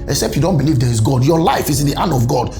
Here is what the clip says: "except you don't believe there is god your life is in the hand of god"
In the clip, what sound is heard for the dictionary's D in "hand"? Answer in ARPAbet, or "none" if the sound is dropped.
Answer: none